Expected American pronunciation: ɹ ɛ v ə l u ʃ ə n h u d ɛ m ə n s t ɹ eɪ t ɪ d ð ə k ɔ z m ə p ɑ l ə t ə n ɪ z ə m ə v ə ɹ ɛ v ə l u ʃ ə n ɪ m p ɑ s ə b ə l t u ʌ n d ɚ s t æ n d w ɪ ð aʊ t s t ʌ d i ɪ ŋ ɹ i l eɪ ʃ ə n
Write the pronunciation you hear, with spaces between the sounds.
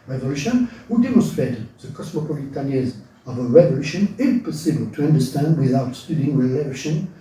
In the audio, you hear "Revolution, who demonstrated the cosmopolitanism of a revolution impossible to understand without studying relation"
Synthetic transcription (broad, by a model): ɹ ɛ v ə l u ʃ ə n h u d ɛ m ə n s t ɹ eɪ t ɪ d ð ə k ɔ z m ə p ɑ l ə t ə n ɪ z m ə v ə ɹ ɛ v ə l u ʃ ə n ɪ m p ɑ s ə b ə l t u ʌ n d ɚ s t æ n d w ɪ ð aʊ t s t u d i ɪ ŋ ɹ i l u ʃ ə n